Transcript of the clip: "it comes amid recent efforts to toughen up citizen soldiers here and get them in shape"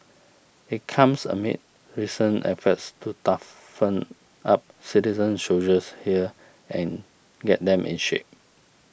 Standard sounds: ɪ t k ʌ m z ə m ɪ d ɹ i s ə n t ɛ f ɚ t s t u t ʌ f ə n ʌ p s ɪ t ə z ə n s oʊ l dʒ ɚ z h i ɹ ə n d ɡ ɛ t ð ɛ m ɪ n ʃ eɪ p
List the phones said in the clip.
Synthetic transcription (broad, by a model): ɪ t k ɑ m s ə m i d ɹ i s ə n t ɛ f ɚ t s t u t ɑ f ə n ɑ p s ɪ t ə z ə n ʃ oʊ dʒ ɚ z h i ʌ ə n ɡ ɛ t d ɛ m ɪ n ʃ eɪ p